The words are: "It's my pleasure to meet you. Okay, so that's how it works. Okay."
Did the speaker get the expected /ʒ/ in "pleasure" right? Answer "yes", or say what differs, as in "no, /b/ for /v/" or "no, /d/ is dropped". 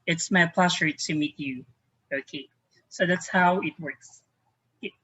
no, /s/ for /ʒ/